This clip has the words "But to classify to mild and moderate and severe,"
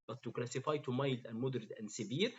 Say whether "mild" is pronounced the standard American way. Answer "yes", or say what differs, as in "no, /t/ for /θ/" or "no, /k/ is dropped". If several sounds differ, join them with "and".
yes